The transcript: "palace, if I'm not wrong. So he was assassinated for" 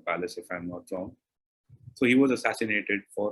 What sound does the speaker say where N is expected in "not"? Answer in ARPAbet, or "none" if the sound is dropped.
L